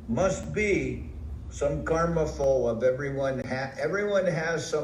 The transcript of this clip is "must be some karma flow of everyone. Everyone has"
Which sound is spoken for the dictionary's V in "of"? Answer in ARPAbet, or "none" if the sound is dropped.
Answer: V